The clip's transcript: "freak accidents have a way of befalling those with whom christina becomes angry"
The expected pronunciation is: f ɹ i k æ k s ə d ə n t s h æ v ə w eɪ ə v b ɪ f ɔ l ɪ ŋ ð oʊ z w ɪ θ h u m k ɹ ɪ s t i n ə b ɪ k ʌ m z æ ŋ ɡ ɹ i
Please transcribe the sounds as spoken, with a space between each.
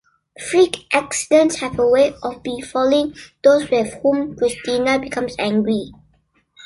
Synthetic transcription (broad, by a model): f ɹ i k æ k s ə d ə n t s h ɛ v ə w eɪ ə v b ɪ f ɔ l ɪ ŋ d oʊ s w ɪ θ h u m k ɹ ɪ s t i n ə b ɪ k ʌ m s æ ŋ ɡ ɹ i